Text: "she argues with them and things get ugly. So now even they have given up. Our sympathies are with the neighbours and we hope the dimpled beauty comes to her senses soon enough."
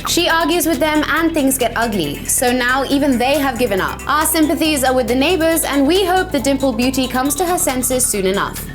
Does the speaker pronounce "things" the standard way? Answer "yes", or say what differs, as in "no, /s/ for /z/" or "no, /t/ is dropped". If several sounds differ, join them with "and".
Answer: yes